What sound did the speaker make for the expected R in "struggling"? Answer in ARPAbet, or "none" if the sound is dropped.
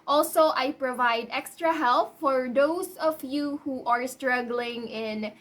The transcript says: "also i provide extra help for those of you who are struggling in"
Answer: R